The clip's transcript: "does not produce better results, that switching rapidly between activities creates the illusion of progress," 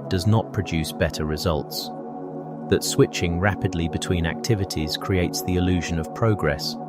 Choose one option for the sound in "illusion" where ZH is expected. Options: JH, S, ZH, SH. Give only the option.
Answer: ZH